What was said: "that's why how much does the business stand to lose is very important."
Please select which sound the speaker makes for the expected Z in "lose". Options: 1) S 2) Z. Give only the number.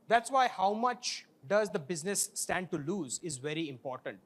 2